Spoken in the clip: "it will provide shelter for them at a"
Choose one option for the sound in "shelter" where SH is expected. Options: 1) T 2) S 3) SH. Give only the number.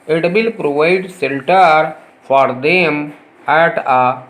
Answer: 2